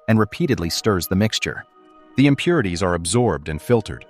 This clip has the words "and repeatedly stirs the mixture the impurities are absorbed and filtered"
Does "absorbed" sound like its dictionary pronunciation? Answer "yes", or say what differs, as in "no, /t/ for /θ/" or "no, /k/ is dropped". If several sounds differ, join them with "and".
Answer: yes